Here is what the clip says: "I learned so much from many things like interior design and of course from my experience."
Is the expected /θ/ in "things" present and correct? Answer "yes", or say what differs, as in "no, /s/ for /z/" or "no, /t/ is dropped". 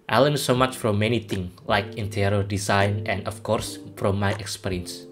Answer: no, /t/ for /θ/